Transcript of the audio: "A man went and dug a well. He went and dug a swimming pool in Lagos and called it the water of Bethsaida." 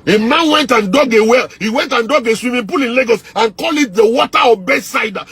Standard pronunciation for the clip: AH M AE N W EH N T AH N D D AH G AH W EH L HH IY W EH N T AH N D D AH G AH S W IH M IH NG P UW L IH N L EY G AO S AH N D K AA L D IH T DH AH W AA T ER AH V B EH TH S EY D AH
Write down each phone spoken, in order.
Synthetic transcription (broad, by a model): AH M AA N W EH N T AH N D D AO G AH W EH L HH IY W EH N T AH N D D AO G AH S W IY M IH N P UW L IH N L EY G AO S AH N K AA L IH T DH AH W AA T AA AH B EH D S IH D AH